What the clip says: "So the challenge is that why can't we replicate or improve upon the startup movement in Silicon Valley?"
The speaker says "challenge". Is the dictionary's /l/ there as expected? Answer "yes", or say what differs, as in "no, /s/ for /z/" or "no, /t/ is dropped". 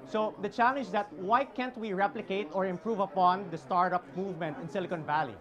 yes